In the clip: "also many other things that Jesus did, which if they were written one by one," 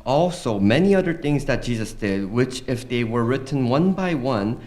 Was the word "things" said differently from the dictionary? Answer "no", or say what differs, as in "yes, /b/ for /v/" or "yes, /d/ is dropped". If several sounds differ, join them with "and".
no